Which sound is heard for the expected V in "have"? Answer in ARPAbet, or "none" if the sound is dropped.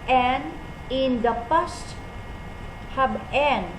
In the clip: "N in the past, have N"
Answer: B